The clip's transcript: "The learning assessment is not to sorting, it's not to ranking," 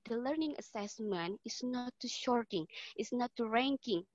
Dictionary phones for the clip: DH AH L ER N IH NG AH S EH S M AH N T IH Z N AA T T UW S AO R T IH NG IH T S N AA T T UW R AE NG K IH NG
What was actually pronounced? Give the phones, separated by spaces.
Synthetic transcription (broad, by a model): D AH L ER N IH NG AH S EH S M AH N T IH S N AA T T UW SH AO R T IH NG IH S N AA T T UW R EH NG K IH NG